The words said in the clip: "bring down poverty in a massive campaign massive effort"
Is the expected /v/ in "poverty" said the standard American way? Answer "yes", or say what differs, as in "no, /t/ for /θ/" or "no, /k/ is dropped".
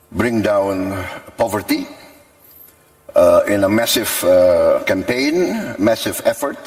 yes